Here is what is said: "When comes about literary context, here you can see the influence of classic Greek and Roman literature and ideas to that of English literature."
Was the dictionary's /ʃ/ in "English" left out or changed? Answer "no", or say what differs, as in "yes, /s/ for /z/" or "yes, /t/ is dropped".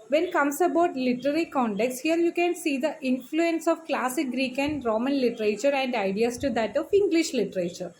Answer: no